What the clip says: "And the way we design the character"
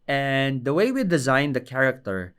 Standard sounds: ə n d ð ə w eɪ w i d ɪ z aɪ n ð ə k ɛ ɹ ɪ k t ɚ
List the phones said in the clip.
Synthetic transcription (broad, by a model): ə n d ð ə w eɪ w i d ɪ z aɪ n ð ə k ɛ ɹ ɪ k t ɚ